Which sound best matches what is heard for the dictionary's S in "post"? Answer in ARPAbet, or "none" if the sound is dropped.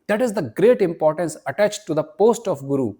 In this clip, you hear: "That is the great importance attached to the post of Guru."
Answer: S